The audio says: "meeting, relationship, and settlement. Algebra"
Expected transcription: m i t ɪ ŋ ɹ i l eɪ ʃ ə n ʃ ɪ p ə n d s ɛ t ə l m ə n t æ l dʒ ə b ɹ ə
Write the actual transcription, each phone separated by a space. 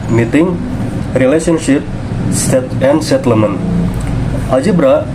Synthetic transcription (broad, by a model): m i t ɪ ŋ ɹ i l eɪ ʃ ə n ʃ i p ə n d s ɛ t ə m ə n ɑ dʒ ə b ɹ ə